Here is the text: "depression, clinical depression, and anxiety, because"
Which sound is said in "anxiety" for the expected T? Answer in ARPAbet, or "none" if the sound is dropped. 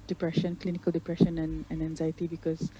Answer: T